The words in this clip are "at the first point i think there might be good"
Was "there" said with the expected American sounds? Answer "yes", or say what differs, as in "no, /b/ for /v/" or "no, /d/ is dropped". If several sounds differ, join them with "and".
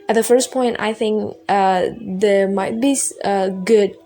yes